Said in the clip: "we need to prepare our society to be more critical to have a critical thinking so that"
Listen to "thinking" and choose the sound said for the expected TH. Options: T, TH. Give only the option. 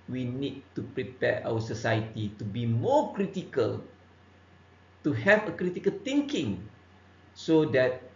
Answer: T